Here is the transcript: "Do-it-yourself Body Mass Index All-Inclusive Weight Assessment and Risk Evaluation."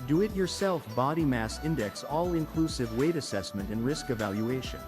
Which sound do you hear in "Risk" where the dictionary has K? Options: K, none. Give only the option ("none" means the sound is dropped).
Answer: K